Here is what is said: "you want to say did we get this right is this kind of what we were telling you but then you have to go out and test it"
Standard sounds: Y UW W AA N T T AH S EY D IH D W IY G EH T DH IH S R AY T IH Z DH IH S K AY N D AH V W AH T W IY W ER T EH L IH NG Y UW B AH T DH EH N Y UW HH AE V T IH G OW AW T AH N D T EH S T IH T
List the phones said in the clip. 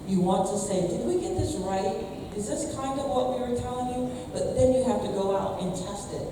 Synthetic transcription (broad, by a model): Y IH W AA N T T AH S EY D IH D W IY G EH T DH IH S R AY T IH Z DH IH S K AY N D AH V W AH T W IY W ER T EH L IH NG Y UW B AH T DH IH N Y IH HH AE F T IH G OW AW T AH N T EH S T IH T